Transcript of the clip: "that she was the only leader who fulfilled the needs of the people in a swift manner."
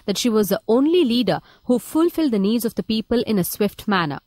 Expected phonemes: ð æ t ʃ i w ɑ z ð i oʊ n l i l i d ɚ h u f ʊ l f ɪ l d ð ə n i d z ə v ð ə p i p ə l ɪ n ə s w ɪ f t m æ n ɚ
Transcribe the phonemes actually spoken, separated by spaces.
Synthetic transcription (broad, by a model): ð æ t ʃ i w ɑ z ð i oʊ n l i l i d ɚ h u f ʊ l f ɪ l d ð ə n i d z ə v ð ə p i p ə l ɪ n ə s w ɪ f t m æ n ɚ